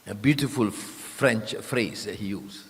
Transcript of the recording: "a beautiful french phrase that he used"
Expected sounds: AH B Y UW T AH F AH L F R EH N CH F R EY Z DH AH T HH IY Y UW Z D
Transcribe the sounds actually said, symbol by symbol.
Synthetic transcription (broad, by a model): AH B Y UW T AH F AH L F R EH N CH F R EY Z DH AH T HH IY Y UW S